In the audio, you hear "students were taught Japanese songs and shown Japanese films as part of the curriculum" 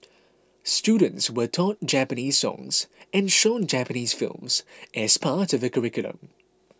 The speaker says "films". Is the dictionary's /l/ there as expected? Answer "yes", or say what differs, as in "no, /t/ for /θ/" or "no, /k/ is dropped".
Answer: yes